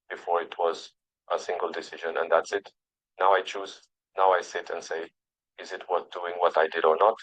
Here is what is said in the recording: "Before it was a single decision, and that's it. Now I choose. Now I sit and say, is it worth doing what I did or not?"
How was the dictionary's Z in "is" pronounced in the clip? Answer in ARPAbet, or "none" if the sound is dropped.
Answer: Z